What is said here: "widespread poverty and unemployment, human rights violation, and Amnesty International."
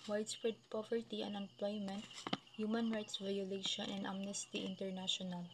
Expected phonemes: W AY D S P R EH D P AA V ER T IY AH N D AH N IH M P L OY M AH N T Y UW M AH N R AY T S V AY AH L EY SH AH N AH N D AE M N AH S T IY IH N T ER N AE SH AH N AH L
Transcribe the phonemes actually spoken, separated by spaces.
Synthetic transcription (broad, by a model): W AY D S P R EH D P AA V ER T IY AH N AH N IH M P L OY M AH N T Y UW M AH N R AY T S V AY AH L EY SH AH N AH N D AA M N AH S T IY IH N T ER N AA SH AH N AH L